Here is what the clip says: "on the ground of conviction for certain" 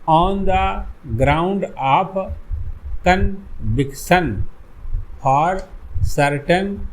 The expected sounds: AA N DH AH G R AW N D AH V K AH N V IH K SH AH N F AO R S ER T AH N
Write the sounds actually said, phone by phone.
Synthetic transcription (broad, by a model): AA N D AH G R AW N D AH P K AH N B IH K S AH N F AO R S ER T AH N